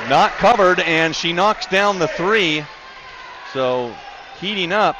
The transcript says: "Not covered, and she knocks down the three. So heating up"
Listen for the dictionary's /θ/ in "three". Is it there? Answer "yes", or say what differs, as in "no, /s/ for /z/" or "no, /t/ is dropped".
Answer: yes